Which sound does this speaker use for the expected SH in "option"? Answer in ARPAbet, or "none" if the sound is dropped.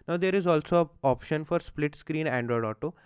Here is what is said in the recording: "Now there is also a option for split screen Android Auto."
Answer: SH